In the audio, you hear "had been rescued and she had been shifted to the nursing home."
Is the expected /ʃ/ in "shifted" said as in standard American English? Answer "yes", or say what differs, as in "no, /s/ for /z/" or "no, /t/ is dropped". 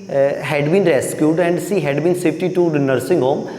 no, /s/ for /ʃ/